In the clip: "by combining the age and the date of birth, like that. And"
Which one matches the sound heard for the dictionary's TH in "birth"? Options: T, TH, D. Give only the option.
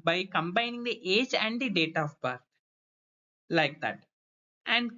T